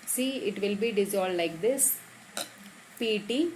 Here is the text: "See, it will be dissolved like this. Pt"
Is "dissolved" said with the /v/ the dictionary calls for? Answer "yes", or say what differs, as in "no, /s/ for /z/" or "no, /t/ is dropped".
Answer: no, /v/ is dropped